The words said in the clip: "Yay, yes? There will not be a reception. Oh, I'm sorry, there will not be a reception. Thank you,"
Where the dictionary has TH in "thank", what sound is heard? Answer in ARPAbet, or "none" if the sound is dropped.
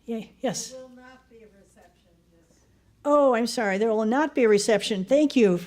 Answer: TH